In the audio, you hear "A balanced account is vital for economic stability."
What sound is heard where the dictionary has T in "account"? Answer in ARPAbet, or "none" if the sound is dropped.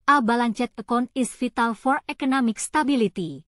none